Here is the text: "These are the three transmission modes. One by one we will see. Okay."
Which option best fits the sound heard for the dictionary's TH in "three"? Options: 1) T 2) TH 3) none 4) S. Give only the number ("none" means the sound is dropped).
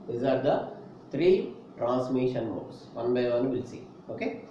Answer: 1